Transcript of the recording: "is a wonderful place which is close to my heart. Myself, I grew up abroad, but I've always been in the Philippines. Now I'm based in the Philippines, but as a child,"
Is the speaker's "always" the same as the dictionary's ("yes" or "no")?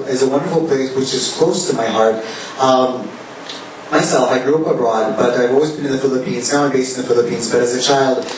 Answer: yes